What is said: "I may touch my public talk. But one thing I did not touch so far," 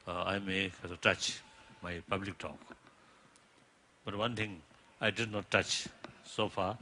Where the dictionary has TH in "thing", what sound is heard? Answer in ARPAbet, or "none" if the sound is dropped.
T